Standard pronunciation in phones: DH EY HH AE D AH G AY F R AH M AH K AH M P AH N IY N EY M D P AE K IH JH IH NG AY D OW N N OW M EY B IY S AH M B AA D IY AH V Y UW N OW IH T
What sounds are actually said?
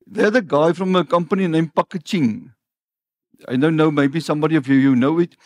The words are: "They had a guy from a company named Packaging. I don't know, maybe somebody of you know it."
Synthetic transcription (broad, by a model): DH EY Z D AH G AY F R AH M AH K AH M P AH N IY N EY M P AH K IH CH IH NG AY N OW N N OW M EY B IY S AH M B AA D IY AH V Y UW N OW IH T